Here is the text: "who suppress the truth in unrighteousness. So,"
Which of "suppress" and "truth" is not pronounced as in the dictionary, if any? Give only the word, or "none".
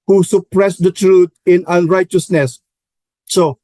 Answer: truth